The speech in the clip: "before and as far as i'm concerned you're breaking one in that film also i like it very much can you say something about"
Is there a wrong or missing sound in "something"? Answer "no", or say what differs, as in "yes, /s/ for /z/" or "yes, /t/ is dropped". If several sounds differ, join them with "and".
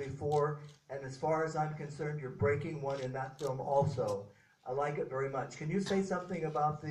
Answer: no